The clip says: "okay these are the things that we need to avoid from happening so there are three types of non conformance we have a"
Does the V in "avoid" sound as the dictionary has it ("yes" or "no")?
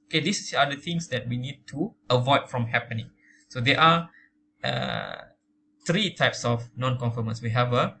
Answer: yes